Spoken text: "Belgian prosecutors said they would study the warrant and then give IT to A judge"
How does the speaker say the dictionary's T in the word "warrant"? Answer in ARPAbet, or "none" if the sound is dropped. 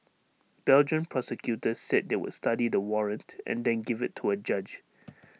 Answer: T